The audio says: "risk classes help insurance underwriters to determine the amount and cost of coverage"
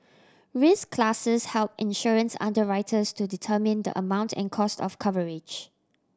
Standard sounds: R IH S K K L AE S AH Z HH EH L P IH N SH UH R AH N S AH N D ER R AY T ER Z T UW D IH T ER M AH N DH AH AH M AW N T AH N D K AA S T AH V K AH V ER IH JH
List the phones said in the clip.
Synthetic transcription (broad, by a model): R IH S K K L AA S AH S HH EH L P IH N SH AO R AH N S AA N D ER R AY T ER S T UW D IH T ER M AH N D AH AH M AW N T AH N K AA S T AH F K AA V ER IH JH